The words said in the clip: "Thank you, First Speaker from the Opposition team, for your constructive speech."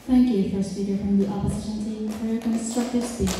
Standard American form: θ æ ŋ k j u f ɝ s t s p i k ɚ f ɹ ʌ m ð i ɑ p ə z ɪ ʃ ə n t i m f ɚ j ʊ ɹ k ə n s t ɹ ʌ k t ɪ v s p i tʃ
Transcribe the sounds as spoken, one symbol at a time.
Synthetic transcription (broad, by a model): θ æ ŋ k j u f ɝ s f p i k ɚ f ɹ ʌ m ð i ɑ p ə z ɪ ʃ ə n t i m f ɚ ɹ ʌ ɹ k ə n s t ɹ ʌ k t ɪ v s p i